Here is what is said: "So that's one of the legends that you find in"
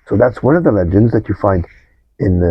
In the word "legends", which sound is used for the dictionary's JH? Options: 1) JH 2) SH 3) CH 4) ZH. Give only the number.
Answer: 1